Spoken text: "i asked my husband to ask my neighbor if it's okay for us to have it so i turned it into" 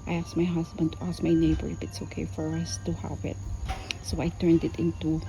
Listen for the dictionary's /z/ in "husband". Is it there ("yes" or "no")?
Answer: no